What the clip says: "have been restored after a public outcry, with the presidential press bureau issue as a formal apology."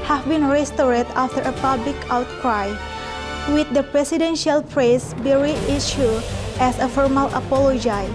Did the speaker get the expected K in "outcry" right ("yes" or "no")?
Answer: yes